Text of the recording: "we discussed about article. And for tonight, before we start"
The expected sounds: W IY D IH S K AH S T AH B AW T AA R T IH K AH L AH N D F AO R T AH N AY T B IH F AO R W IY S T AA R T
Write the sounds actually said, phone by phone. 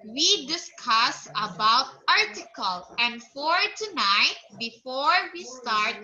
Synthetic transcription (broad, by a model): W IY D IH S K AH S AH B AW T AA R T IH K AH L AH N D F AO R T AH N AY T B IH F AO R W IY S T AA R T